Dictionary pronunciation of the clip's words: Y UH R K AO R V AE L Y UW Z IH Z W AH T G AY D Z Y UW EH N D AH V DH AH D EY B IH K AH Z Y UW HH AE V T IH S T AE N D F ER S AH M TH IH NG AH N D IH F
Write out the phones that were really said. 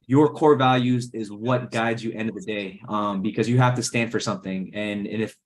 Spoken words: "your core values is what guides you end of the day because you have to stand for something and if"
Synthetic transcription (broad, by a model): Y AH R K AO R V AE L Y UW Z IH Z W AH T G AY D Z Y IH EH N D AH V DH AH D EY B IH K AH Z Y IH HH AE F T IH S T AE N D F ER S AH M TH IH NG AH N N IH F